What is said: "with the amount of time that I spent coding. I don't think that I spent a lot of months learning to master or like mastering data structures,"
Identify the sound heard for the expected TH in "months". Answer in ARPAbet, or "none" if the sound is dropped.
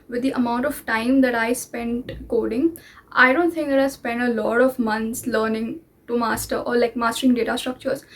T